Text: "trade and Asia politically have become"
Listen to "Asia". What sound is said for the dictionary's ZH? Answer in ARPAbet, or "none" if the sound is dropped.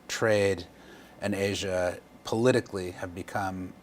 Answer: ZH